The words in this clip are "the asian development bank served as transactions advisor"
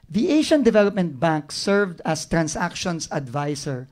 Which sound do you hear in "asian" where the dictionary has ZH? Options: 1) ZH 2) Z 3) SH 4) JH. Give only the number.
3